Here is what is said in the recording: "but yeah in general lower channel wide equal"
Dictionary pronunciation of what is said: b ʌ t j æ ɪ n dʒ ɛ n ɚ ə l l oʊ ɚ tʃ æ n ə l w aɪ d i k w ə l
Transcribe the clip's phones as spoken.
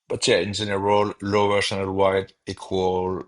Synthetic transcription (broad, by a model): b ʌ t j æ ɪ n z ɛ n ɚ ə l l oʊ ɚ s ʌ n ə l w aɪ d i k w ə l